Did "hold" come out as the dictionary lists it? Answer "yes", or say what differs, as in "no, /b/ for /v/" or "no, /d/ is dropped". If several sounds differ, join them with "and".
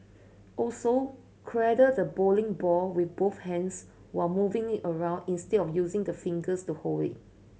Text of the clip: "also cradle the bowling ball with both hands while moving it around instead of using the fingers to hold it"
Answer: no, /d/ is dropped